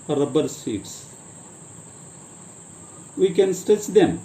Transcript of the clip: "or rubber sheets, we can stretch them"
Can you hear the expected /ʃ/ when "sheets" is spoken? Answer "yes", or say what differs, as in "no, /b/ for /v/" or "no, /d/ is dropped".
no, /s/ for /ʃ/